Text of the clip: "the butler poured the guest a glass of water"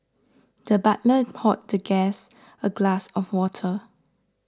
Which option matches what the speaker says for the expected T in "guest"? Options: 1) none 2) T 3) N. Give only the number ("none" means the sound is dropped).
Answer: 1